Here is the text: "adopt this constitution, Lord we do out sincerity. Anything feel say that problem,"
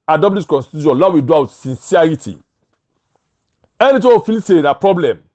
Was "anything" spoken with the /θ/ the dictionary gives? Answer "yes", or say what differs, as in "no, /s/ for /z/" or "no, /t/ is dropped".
no, /t/ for /θ/